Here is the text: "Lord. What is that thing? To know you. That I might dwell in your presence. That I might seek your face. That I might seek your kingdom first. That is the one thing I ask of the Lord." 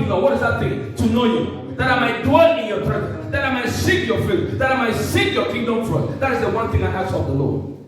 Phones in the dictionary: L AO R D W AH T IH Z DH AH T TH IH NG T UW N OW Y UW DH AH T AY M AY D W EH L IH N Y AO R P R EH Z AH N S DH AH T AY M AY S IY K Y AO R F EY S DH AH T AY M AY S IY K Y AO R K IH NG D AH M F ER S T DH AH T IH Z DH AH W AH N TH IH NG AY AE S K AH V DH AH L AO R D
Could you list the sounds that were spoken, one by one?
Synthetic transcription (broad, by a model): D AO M W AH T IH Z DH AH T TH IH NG T UW N OW Y UW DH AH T AY M AY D W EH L IH N Y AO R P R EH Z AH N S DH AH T AY M AY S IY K Y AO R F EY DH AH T AY M AY S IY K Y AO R K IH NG D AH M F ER T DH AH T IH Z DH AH W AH N TH IH NG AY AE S AH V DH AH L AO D